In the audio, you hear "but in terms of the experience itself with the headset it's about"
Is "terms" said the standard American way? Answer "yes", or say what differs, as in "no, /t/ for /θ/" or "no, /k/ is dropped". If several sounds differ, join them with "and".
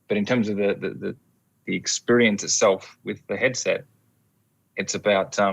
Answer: yes